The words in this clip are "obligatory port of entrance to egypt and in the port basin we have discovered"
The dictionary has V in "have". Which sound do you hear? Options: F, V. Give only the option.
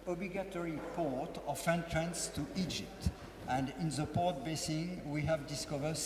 V